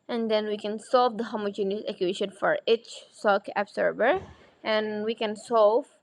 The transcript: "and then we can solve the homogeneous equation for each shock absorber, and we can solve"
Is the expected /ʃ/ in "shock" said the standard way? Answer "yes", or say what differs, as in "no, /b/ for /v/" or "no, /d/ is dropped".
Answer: no, /s/ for /ʃ/